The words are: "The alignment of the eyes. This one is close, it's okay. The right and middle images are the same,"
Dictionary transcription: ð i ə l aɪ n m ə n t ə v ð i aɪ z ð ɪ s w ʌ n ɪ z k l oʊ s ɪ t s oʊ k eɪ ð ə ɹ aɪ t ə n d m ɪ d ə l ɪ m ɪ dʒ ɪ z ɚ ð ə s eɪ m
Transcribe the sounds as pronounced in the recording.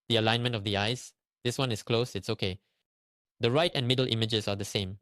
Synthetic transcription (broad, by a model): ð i ə l aɪ n m ə n t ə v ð i aɪ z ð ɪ s w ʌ n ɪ s k l oʊ s ɪ t s oʊ k eɪ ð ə ɹ aɪ t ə n m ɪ d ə l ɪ m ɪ dʒ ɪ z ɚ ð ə s eɪ m